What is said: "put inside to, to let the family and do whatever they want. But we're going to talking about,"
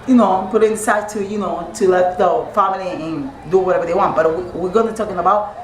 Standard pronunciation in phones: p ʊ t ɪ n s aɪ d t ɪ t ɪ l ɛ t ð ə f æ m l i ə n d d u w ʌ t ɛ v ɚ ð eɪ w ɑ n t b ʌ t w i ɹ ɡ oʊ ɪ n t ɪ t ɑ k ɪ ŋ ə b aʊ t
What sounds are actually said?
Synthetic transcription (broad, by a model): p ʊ t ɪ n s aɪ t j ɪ t ɪ l ɛ t ð ə f æ m l i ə n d d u w ʌ t ɛ v ɚ ð eɪ w ɑ n t b ʌ t w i w ɡ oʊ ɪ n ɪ t ɑ k ɪ ŋ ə b aʊ t